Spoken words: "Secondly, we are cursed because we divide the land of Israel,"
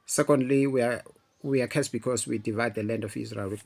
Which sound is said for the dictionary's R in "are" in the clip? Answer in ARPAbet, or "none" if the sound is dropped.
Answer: W